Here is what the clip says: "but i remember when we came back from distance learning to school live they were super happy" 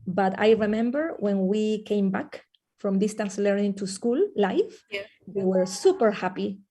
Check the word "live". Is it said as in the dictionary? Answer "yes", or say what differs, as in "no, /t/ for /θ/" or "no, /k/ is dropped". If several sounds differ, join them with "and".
no, /f/ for /v/